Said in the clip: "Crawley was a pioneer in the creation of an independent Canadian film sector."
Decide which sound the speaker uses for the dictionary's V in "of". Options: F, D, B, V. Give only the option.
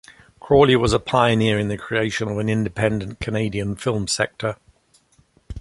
V